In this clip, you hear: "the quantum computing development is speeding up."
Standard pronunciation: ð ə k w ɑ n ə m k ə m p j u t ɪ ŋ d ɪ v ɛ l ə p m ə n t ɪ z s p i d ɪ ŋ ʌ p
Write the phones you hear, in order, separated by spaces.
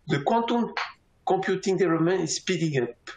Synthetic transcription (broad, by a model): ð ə k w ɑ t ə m k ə p j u t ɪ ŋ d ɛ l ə m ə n ɪ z s p i d ɪ ŋ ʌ p